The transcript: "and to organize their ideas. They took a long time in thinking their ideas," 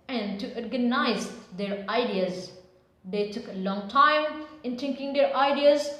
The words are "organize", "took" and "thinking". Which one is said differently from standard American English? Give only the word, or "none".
thinking